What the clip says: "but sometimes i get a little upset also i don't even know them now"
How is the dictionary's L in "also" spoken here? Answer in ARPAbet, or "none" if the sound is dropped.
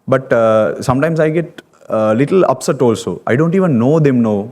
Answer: L